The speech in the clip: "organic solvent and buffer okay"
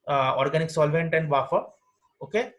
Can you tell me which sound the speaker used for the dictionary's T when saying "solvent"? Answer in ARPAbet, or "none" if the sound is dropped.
T